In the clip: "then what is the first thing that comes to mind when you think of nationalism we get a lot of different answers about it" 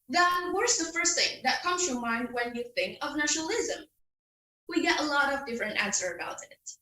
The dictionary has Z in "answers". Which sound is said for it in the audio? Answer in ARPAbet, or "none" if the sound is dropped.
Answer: none